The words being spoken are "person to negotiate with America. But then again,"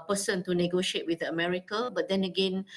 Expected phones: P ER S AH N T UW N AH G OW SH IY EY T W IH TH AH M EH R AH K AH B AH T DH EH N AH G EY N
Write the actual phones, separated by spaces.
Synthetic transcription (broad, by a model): P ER S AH N T UW N AH G OW SH IY EY T W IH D AH M EH R AH K AH B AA T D EH N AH G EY N